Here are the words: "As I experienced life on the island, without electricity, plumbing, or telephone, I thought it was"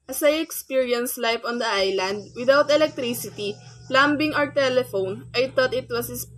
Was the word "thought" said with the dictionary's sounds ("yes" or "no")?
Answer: no